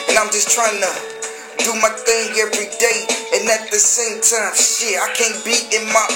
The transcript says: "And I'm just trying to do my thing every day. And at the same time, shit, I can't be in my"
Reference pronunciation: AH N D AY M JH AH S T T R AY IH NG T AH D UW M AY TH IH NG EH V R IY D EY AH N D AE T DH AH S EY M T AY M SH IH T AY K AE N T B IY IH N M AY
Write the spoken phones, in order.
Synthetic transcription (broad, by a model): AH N AY M JH AH S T T R AY IH NG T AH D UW M AY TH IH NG EH V R IY D EY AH N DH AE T DH AH S EY M T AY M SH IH AY K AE N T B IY IH N M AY